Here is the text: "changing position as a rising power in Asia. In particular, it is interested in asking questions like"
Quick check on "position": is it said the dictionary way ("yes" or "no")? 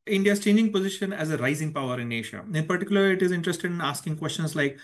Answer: yes